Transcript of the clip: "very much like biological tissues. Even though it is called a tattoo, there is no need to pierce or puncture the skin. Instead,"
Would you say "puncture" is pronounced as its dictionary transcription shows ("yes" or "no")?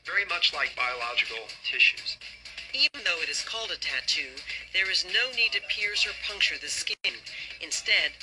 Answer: yes